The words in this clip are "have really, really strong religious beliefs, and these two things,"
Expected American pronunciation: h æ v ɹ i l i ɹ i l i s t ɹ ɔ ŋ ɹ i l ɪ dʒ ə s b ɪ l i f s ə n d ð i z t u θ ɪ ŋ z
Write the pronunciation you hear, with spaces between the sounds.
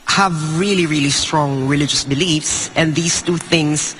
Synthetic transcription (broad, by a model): h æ v ɹ i l i ɹ i l i s t ɹ ɔ ŋ ɹ i l ɪ dʒ ə s b ɪ l i f s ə n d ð i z t u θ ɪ ŋ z